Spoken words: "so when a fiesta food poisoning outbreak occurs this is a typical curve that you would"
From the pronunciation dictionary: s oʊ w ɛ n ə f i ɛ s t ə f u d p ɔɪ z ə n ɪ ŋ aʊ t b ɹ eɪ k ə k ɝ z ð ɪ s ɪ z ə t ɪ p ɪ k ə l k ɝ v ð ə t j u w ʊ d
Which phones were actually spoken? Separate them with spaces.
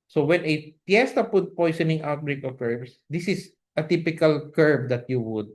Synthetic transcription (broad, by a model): s oʊ w ɛ n ə p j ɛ s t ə p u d p ɔɪ s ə n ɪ ŋ aʊ t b ɹ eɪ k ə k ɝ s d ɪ s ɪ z ə t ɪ p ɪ k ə l k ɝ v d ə t j u w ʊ d